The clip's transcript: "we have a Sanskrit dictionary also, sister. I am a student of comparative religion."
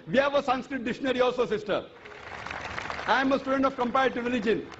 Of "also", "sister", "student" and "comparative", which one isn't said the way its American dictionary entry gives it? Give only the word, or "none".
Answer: comparative